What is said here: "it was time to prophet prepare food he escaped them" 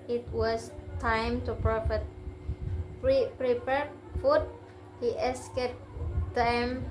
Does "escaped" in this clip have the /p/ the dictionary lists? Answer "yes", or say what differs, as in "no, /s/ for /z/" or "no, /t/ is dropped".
no, /p/ is dropped